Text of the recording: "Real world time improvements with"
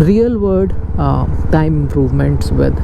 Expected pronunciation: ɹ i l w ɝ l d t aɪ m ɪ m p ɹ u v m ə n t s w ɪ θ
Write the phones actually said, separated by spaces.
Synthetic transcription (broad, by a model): ɹ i l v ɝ d t aɪ m ɪ m p ɹ u v m ə n t s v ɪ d